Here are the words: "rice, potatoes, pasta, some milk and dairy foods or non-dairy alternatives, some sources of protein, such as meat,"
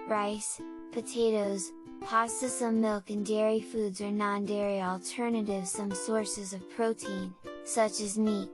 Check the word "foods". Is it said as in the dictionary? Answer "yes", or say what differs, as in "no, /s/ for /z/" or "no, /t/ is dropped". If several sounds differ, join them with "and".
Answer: yes